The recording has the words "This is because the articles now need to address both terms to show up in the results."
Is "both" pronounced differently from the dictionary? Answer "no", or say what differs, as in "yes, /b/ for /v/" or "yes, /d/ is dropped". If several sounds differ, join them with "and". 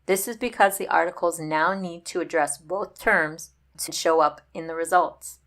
no